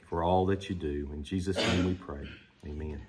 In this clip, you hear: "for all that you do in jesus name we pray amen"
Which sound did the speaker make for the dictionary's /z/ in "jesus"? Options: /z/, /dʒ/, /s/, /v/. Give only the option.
/z/